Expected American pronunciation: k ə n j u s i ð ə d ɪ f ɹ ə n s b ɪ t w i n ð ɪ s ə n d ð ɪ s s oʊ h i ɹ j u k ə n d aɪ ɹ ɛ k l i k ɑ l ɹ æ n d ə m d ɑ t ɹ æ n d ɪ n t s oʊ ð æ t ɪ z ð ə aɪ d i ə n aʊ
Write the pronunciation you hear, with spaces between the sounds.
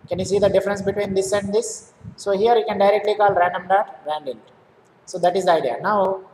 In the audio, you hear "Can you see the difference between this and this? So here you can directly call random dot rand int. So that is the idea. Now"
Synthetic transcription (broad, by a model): k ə n j u s i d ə d ɪ f ɹ ə n s b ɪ t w i n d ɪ s ə n d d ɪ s s oʊ h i ɹ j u k ə n d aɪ ɹ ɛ k l i k ɑ l ɹ æ n d ə m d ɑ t ɹ æ n d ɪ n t s oʊ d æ t ɪ z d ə aɪ d i ə n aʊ